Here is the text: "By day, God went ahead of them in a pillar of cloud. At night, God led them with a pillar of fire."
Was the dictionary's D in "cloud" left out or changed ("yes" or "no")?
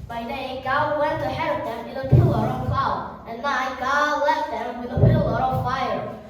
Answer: yes